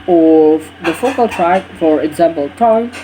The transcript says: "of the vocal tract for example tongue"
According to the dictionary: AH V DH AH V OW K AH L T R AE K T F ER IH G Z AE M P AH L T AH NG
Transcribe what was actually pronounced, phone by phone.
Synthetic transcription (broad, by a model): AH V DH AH F OW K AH L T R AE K F ER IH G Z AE M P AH L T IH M